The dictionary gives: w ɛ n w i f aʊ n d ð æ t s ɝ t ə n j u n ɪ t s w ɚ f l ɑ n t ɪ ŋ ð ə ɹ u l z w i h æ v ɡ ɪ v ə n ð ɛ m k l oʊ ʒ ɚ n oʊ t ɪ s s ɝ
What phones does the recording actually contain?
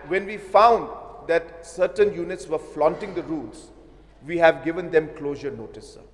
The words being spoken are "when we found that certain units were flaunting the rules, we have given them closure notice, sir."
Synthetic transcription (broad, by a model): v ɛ n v i f aʊ n d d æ t s ɝ t ə n j u n ɪ t s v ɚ f l ɑ n t ɪ ŋ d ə ɹ u l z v i h æ v ɡ ɪ v ə n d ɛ m k l oʊ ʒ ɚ n oʊ t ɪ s s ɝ